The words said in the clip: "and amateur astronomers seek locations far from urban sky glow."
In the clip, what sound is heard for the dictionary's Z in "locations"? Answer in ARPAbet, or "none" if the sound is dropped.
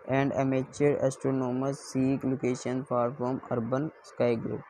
none